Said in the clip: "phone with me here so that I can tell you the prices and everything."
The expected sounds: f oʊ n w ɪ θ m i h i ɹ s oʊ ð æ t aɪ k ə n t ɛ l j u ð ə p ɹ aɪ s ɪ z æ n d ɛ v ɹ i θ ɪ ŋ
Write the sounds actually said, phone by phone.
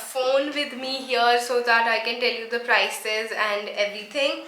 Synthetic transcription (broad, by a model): f oʊ n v ɪ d m i h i ɹ s oʊ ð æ t aɪ k ə n t ɛ l j u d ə p ɹ aɪ s ɪ z æ n d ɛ v ɹ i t ɪ ŋ